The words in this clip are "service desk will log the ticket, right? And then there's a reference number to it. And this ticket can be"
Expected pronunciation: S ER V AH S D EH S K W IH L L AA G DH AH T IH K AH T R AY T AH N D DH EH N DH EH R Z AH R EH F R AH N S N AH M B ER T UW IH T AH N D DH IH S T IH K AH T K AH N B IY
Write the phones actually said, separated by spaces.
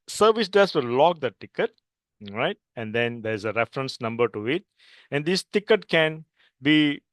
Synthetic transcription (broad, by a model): S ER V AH S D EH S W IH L L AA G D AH T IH K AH T R AY T AH N D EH N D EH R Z AH R EH F R AH N S N AH M B ER T UW IH T AH N D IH S T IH K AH T K AH N B IY